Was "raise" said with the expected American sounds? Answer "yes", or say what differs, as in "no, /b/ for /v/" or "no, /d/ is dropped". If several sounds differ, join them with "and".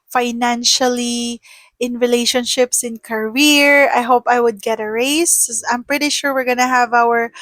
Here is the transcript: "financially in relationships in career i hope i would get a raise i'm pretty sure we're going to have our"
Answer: no, /s/ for /z/